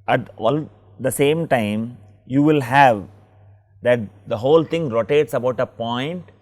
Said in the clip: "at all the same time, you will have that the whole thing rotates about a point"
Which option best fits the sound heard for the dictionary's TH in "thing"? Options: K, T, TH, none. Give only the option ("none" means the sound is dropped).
T